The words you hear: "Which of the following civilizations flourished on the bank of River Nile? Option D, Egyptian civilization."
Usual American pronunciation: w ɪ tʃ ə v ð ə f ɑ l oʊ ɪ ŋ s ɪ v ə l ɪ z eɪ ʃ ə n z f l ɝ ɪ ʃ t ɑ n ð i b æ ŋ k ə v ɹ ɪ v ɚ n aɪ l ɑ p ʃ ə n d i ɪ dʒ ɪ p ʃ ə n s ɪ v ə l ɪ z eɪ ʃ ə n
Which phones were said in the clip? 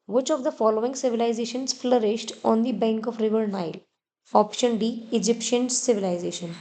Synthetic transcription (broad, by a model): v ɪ tʃ ə v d ə f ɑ l oʊ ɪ ŋ s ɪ v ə l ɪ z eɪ ʃ ə n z f l ɝ ɪ ʃ t ɑ n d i b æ ŋ k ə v ɹ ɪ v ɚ n aɪ l ɑ p ʃ ə n d i ɪ dʒ ɪ p ʃ ə n s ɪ v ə l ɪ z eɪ ʃ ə n